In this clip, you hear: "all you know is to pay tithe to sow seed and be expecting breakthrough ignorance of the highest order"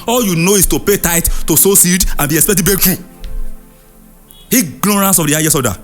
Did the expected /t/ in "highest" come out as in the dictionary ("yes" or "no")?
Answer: no